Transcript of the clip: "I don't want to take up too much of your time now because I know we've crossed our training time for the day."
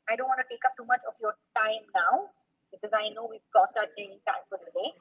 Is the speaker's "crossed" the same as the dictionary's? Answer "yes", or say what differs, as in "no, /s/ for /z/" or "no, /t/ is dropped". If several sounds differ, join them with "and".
no, /ɹ/ is dropped